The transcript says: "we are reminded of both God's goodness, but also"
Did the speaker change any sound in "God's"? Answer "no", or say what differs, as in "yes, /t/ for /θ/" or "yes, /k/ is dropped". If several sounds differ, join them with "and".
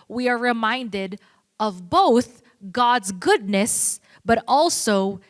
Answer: no